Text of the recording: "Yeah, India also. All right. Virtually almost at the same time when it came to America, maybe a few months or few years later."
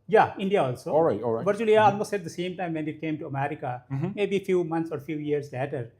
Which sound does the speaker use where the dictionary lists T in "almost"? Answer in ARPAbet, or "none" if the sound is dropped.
none